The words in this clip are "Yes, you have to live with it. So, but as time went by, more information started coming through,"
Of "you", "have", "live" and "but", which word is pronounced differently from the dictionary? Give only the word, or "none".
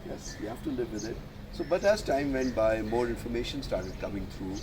have